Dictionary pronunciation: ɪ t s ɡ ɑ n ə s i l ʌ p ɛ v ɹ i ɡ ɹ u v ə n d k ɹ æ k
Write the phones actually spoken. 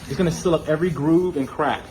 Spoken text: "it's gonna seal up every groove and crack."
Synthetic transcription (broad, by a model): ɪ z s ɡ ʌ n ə s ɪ l ʌ p ɛ v ɹ i ɡ ɹ u v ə n k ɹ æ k